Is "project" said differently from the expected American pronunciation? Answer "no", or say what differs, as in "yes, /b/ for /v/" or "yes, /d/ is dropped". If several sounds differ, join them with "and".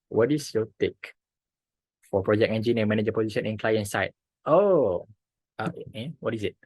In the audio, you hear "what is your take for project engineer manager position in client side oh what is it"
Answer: yes, /t/ is dropped